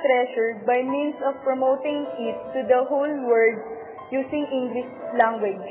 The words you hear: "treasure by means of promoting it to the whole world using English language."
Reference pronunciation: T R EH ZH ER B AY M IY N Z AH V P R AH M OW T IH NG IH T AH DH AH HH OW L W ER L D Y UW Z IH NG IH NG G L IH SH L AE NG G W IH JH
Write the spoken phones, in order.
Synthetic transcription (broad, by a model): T R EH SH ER B AY M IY N S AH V P R AH M OW T IH NG IH T AH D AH HH OW L W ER D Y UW S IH NG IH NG G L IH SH L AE NG G W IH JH